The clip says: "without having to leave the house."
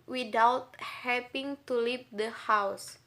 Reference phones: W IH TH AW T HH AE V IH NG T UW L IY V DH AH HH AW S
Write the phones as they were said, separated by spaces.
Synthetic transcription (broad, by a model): W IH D AW T HH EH P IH NG T UW L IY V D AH HH AW S